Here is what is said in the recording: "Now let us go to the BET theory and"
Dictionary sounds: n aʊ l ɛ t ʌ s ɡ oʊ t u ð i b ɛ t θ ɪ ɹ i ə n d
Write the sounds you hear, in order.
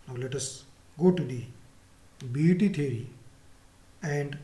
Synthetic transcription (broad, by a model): n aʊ l ɛ t ʌ s ɡ oʊ t u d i b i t t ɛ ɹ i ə n d